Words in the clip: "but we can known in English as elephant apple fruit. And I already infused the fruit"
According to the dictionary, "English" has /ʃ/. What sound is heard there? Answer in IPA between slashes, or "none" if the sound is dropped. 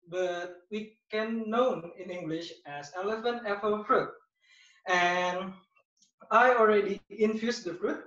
/ʃ/